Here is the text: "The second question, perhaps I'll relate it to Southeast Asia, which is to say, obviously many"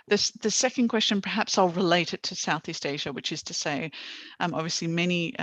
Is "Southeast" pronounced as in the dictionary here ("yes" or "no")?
yes